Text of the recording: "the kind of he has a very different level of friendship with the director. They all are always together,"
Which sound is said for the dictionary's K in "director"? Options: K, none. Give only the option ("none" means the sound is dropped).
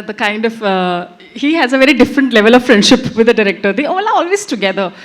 K